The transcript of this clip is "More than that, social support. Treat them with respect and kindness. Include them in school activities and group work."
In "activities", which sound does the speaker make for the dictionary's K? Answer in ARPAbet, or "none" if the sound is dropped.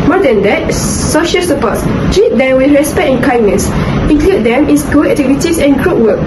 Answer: none